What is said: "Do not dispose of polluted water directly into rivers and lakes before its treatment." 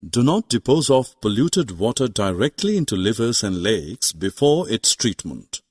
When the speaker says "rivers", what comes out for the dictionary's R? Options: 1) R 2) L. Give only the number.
2